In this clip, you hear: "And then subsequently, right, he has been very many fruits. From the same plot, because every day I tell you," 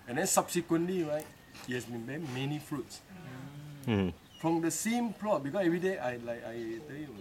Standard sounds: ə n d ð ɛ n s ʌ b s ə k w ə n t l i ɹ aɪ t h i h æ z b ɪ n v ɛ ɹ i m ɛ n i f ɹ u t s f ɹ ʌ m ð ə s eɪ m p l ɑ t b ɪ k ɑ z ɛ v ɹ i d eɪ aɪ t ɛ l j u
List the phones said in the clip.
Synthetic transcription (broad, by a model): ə n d ɛ n s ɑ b s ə k w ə n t l i ɹ aɪ t h i h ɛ s b ɪ n b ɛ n m ɛ n i f ɹ u t s f ɹ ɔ m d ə s eɪ m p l ɑ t b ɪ k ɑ s ɛ v ɹ i d eɪ aɪ t ɛ l j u